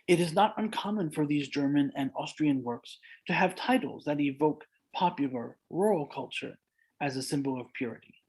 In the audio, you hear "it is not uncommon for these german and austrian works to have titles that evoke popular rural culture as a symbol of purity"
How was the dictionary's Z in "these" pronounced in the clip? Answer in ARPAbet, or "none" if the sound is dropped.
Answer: Z